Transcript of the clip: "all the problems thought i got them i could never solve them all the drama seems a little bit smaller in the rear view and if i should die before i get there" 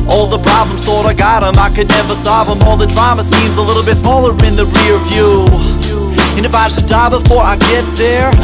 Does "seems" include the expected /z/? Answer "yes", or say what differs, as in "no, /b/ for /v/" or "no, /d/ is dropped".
yes